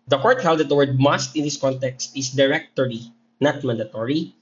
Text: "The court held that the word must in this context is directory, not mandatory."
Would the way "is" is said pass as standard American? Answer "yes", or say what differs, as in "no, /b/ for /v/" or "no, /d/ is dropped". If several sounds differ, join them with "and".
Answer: no, /s/ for /z/